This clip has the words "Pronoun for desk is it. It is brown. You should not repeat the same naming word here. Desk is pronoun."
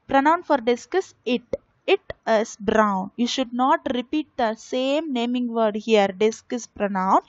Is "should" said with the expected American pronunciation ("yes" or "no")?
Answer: yes